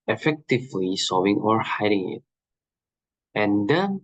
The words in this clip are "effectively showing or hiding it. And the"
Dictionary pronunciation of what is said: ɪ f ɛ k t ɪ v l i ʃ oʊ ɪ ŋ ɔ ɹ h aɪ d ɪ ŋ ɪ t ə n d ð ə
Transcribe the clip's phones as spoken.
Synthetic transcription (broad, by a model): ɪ f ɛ k t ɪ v l i s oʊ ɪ ŋ ɔ ɹ h aɪ d ɪ ŋ ɪ t ə n d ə